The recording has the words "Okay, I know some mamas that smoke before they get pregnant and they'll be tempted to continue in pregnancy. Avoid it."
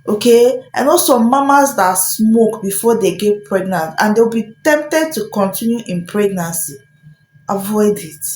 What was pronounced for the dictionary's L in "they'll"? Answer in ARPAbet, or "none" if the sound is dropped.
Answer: W